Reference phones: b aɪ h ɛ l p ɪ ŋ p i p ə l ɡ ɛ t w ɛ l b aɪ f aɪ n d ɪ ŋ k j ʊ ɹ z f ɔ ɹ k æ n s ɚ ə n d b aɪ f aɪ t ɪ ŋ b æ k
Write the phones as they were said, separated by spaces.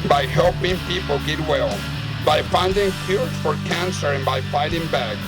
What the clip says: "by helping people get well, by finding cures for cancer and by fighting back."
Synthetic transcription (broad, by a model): b aɪ h ɛ l p ɪ ŋ p i p ə l ɡ ɛ t w ɛ l b aɪ f aɪ n d ɪ ŋ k j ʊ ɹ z f ɔ ɹ k æ n s ɚ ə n b aɪ f aɪ t ɪ ŋ b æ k